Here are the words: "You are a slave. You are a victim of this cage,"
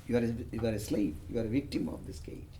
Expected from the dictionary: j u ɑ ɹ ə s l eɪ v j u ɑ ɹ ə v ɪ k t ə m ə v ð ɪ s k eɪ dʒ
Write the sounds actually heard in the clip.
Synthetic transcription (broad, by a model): j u ɑ ɹ ə s l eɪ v j u ɑ ɹ ə v ɪ k t ə m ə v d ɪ s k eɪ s